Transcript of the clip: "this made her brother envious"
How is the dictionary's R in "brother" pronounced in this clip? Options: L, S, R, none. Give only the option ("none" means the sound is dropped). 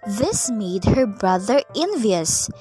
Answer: R